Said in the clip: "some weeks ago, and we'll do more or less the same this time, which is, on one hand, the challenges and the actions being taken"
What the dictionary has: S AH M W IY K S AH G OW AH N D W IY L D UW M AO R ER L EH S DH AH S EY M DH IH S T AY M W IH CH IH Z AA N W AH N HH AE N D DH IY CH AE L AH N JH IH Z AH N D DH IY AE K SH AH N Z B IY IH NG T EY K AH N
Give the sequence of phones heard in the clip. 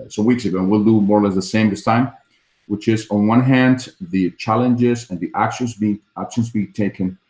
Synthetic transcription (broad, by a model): S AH W IY K S AH G OW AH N W IY L D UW M AO R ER L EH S DH AH S EY M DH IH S T AY M W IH CH IH Z N W AH N HH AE N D DH IY CH AE L AH N JH IH Z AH N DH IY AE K SH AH N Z B IY IH NG T EY K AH N